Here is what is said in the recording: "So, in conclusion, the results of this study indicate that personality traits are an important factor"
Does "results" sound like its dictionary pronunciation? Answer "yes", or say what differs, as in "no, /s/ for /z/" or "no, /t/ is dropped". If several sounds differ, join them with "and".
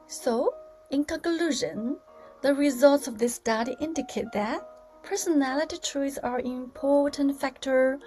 yes